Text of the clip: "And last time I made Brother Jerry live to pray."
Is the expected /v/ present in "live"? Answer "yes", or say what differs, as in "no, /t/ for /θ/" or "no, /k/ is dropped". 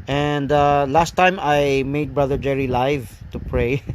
yes